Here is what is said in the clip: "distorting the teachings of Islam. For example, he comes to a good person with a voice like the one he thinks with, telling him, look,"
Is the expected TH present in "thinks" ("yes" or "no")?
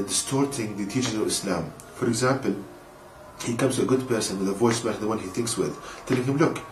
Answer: yes